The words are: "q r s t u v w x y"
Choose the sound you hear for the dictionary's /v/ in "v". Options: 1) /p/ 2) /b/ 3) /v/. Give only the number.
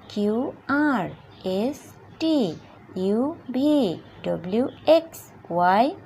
2